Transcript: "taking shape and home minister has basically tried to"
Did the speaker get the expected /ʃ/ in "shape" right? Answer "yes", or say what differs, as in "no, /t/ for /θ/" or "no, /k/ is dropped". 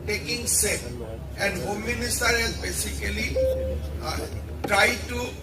no, /s/ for /ʃ/